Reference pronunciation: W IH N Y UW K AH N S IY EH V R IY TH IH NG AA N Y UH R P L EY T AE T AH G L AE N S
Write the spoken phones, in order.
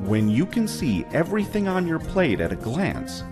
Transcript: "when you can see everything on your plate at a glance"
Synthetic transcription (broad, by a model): W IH N Y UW K AH N S IY EH V R IY TH IH NG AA N Y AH R P L EY T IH T AH G L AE N S